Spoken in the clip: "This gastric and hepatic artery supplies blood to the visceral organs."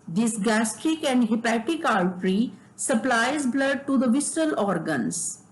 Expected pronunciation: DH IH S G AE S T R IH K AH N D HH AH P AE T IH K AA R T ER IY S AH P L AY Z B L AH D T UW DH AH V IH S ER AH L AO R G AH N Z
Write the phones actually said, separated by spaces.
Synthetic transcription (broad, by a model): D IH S G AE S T IH K AH N D HH AH P AE T IH K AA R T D IY S AH P L AY Z B L AH D T UW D AH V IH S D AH L AO R G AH N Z